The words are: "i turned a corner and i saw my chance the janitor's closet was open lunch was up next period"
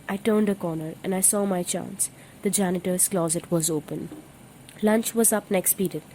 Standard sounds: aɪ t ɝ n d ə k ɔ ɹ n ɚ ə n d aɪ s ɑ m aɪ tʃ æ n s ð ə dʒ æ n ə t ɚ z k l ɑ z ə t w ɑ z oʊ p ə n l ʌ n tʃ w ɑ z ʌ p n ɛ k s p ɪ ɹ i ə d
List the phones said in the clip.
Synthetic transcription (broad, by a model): aɪ t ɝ n d ə k ɔ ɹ n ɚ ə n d aɪ s ɑ m aɪ tʃ æ n s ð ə dʒ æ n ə t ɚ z k l ɑ z ə t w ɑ z oʊ p ə n l ʌ n tʃ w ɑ z ʌ p n ɛ k s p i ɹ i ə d